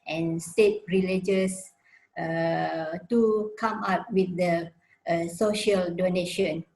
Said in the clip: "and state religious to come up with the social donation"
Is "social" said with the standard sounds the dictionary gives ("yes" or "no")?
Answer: yes